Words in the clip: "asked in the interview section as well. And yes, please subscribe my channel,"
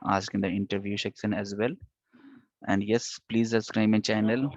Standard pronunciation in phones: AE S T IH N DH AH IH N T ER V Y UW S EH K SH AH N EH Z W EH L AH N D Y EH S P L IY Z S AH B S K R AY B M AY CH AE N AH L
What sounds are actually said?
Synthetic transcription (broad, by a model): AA S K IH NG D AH IH N T ER V Y UW SH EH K S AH N EH Z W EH L AH N D Y EH S P L IY Z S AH S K R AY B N CH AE N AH L